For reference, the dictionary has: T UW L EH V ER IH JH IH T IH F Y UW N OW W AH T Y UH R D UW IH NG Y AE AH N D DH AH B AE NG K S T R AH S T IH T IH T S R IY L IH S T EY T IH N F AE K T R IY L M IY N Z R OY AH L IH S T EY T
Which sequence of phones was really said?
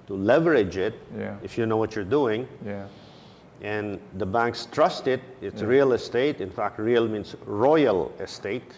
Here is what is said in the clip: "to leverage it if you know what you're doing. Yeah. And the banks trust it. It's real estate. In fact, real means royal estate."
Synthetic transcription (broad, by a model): T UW L EH V ER IH JH IH T IH F Y UW N OW W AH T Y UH R D UW IH NG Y AH N D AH B AE NG K S T R AH S T IH T IH T S R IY L IH S T EY T IH N F AE K T R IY L M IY N S R OY AH L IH S T EY T